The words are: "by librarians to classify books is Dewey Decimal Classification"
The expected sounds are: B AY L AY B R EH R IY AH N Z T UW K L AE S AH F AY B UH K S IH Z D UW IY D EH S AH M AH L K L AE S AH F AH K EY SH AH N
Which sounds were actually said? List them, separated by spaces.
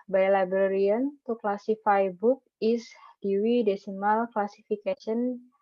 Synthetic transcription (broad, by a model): B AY L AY B R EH R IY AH N T UW K L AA S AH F AY B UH K IH S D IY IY D EH S AH M AH L K L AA S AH F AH K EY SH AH N